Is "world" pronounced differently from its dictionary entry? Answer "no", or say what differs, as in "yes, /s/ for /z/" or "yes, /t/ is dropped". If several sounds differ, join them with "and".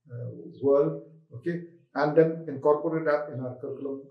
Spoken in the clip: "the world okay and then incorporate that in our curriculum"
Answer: yes, /d/ is dropped